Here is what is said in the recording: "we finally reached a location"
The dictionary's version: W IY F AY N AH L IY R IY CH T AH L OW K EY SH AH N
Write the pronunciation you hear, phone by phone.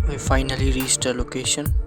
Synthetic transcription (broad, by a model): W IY F AY N AH L IY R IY S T AH L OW K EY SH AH N